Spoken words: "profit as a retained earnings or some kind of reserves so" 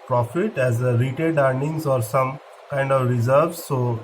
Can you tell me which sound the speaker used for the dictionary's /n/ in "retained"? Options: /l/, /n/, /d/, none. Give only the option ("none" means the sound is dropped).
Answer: none